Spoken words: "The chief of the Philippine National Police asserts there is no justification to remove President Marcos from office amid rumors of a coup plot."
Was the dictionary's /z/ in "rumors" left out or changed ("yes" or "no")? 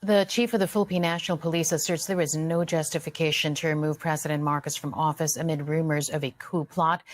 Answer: no